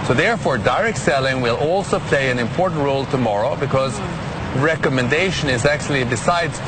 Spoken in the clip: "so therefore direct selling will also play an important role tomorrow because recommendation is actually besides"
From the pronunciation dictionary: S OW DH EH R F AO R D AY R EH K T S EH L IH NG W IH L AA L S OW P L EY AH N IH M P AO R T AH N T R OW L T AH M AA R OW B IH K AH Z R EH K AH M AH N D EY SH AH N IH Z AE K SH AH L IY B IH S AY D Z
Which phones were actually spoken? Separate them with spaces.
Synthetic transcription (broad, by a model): S OW DH EH R F AO R D AY R EH K T S EH L IH NG W IH L AA L S OW P L EY AH N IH M P AO R T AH N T R OW L T AH M AA R OW B IH K AH Z R EH K AH M AH N D EY SH AH N IH Z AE K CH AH L IY B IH S AY D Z